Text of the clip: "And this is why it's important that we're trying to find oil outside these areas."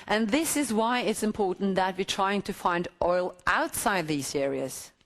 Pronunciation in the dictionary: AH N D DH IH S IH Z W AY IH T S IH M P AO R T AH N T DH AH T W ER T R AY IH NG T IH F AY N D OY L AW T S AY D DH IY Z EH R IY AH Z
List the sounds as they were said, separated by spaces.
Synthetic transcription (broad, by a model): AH N DH IH S IH Z W AY IH T S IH M P AO R T N DH AH T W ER T R AY IH NG T IH F AY N D OY L AW T S AY D DH IY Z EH R IY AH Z